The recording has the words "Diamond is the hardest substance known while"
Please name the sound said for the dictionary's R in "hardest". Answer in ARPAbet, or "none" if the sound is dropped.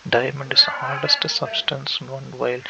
L